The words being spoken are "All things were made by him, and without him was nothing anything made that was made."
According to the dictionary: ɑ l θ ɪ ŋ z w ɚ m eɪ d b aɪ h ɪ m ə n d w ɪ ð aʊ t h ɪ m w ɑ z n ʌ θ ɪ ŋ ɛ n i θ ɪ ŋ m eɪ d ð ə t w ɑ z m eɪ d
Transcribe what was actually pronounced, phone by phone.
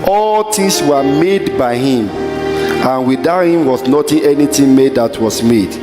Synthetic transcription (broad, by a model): ɑ l t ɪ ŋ s w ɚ m eɪ d b aɪ h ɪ m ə n w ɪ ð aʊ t h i m w ɑ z n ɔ t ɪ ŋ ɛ n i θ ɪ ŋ m eɪ d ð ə t w ɑ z m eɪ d